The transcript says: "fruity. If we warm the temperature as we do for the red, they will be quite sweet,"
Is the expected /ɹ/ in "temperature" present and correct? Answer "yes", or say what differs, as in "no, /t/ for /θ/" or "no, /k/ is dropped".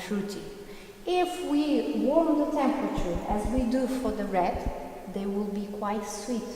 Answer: yes